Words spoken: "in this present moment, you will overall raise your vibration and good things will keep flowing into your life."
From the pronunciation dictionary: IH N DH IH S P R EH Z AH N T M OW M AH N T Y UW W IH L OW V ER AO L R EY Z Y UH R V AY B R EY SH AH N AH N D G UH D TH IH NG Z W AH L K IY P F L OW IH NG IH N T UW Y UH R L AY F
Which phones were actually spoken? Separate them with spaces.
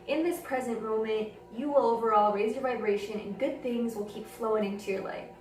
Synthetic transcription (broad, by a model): IH N DH IH S P R EH Z AH N T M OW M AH N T Y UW W IH L OW V ER AO L R EY Z Y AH R V AY B R EY SH AH N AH N G UH D TH IH NG Z W AH L K IY P F L OW IH NG IH N T UW Y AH R L AY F